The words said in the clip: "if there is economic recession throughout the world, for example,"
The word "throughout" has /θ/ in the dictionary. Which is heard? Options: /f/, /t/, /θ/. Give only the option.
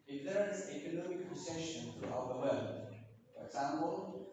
/t/